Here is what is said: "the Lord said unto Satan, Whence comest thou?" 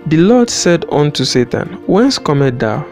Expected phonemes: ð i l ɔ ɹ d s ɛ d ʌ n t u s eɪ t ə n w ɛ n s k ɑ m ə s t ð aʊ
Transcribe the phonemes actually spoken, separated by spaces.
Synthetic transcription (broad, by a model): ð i l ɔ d s ɛ d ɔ n t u s eɪ t ə n w ɛ n s k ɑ m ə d aʊ